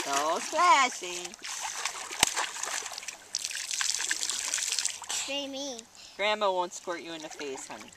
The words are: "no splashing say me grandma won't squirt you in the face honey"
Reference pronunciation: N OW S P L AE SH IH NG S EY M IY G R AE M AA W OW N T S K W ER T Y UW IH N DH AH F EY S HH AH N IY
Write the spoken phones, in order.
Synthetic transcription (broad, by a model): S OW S L AE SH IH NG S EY M IY G R AE M AA W OW N T S K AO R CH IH IH N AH F EY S HH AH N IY